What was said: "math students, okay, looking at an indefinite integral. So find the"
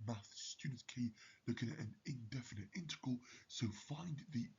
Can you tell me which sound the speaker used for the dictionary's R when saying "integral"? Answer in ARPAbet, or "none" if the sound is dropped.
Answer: none